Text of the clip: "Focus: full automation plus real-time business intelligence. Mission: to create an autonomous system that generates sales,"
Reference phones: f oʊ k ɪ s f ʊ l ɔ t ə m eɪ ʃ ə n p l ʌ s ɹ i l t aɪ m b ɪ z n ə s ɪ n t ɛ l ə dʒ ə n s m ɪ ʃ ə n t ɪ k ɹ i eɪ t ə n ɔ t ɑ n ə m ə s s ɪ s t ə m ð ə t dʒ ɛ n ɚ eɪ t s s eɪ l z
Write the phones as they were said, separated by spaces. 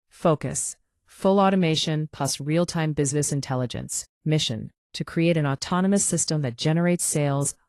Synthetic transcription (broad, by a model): f oʊ k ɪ s f ʊ l ɔ t ə m eɪ ʃ ə n p ʌ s ɹ i l t aɪ m b ɪ z n ə s ɪ n t ɛ l ə dʒ ə n s m ɪ ʃ ə n t ɪ k ɹ i eɪ t ə n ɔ t ɑ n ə m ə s s ɪ s t ə m ð ə t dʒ ɛ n ɚ eɪ t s s eɪ l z